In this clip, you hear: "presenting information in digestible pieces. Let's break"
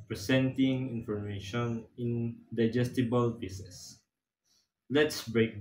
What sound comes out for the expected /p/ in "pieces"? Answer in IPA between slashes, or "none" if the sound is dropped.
/b/